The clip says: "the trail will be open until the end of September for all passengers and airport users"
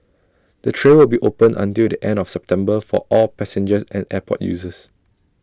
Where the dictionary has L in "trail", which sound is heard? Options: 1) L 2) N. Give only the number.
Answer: 2